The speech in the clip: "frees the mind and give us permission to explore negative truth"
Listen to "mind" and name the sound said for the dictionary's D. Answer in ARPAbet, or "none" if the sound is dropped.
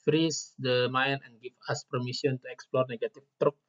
none